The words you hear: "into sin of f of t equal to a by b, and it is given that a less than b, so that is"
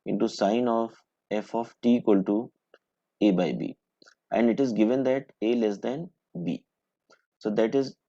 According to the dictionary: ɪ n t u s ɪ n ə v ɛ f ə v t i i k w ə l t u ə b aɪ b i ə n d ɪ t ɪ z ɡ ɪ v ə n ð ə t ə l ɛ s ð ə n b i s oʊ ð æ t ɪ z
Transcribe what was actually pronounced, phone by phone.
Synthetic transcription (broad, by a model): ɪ n t u s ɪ n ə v ɛ f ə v t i i k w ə l t u ə b aɪ b i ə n d ɪ t ɪ z ɡ ɪ v ə n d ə t ə l ɛ s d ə n b i s oʊ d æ t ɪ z